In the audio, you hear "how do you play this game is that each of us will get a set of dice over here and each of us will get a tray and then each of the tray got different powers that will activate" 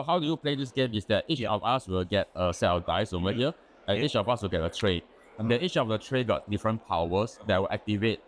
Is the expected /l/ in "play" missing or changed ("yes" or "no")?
no